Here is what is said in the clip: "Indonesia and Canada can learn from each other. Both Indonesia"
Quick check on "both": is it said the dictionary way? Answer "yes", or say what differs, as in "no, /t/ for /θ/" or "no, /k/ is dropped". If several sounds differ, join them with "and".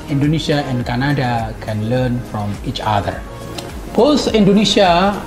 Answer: no, /s/ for /θ/